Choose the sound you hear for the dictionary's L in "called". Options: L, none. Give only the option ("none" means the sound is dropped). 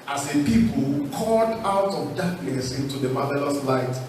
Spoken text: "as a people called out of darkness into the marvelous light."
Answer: none